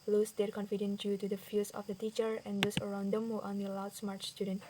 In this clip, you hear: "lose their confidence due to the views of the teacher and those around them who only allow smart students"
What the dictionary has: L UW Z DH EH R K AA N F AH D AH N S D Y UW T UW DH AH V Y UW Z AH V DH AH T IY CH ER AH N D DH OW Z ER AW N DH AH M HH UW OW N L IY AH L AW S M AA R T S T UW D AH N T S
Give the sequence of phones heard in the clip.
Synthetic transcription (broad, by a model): L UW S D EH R K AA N F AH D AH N D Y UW T UW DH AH F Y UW S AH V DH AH T IY CH ER AH N D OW S ER AW N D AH M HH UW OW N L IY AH L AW S M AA R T S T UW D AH N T